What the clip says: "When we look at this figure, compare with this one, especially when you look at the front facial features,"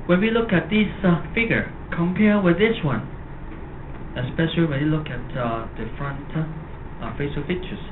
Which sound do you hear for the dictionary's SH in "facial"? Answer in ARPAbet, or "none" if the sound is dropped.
S